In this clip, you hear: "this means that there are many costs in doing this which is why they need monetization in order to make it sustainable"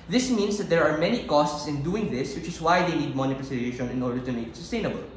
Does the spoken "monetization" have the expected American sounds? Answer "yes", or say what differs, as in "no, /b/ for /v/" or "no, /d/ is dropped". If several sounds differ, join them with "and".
no, /s/ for /z/